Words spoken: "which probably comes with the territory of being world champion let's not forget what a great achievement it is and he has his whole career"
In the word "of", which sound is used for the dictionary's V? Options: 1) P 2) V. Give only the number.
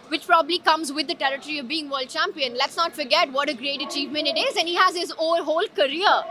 2